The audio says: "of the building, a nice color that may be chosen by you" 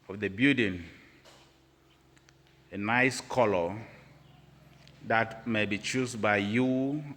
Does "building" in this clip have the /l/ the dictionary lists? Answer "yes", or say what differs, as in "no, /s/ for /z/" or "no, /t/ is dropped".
no, /l/ is dropped